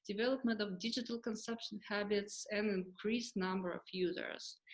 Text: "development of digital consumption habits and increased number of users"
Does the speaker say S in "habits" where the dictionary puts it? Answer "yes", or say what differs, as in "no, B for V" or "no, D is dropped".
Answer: yes